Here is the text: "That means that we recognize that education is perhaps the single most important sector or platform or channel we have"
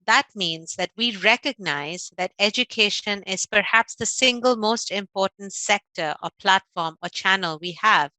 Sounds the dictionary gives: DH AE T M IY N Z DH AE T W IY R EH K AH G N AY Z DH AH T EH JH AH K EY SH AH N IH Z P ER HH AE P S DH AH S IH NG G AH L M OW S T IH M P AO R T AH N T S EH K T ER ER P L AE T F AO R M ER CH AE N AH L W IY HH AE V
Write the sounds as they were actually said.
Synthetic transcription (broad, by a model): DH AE T M IY N Z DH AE T W IY R EH K AH G N AY Z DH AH T EH JH AH K EY SH AH N IH Z P ER HH AE P S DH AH S IH NG G AH L M OW S T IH M P AO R T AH N T S EH K T ER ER P L AE T F AO R M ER CH AE N AH L W IY HH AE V